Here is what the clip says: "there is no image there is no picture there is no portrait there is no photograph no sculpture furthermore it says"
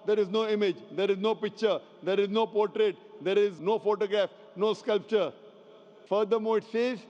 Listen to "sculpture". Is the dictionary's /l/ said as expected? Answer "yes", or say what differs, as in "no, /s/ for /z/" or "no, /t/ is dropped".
yes